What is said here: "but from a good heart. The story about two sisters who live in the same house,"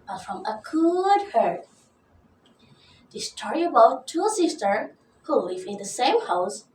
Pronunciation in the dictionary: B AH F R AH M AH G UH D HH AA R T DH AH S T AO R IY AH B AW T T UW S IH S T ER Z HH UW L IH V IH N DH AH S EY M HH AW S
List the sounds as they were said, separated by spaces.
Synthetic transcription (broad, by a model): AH F R AH M AH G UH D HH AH R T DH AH S T AO R IY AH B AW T T UW S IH S T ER HH UW L IH V IH N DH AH S EY M HH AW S